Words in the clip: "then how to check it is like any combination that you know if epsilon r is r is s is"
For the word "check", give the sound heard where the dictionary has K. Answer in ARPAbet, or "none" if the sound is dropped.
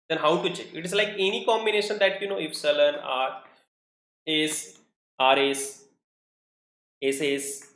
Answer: none